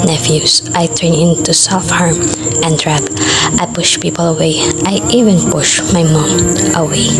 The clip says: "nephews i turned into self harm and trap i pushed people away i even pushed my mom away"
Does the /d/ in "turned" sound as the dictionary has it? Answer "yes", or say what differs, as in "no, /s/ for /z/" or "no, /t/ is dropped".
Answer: no, /d/ is dropped